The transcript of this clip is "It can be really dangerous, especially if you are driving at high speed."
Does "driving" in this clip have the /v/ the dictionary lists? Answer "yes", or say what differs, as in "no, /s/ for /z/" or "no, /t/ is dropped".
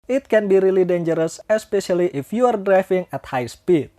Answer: no, /f/ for /v/